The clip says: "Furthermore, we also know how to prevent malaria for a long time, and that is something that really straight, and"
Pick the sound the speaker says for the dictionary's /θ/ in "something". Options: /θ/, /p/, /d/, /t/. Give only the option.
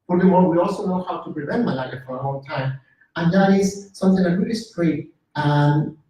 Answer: /θ/